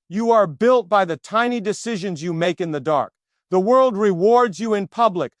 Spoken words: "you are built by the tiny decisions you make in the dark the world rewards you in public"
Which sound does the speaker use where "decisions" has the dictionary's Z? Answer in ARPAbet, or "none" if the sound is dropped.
Z